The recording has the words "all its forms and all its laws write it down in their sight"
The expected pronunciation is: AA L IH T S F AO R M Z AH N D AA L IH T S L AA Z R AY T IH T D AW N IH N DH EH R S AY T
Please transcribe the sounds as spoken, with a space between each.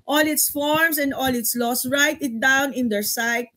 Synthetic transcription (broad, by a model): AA L IH T S F AO R M S AH N D AA L IH T S L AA S R AY T IH T D AW N IH N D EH R S AY T